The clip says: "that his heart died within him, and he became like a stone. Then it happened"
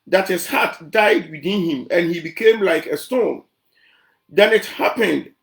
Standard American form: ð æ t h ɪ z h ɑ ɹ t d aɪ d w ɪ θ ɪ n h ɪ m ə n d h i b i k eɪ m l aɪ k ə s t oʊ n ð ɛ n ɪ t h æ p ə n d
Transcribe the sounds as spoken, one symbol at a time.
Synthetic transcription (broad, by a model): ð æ t h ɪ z h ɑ t d aɪ d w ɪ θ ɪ n h ɪ m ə n h i b i k eɪ m l aɪ k ə s t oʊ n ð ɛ n ɪ t h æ p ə n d